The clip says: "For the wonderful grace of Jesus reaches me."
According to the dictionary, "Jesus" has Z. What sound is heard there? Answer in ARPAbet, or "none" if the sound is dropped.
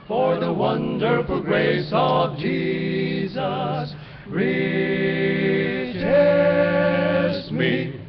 Z